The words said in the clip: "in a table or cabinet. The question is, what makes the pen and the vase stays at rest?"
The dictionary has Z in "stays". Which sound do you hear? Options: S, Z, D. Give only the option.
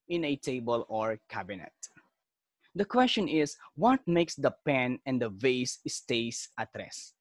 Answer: S